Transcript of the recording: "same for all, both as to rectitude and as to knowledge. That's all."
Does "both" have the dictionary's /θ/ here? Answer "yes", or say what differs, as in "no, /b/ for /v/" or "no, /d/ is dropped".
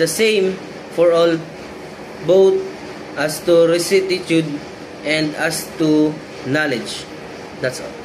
no, /t/ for /θ/